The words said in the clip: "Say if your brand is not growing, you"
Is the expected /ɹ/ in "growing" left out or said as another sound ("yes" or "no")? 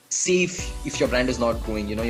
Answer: yes